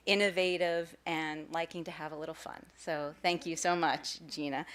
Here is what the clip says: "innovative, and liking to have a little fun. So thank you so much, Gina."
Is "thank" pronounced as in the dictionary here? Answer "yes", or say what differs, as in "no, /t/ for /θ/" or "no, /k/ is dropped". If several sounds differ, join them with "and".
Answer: yes